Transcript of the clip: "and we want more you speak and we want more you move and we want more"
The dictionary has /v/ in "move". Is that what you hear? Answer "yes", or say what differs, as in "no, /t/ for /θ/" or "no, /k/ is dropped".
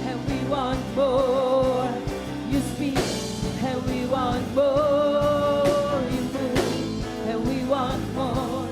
no, /v/ is dropped